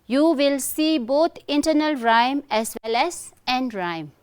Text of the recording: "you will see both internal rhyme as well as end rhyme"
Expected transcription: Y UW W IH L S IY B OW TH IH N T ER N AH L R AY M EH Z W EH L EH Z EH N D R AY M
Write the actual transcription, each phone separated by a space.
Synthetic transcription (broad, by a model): Y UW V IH L S IY B OW T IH N T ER N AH L R AY M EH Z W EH L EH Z EH N D R AY M